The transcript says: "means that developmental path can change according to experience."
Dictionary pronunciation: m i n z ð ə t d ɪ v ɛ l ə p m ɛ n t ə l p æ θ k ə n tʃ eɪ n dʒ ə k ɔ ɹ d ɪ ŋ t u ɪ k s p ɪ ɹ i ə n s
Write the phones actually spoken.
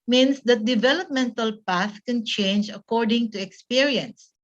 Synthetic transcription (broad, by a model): m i n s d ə t d ɪ v ɛ l ə p m ɛ n t ə l p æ θ k ə n tʃ eɪ n dʒ ə k ɔ ɹ d ɪ ŋ t u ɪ k s p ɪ ɹ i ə n s